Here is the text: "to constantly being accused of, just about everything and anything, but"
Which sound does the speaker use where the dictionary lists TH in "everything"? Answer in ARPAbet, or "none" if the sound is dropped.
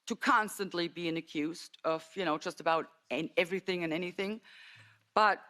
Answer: TH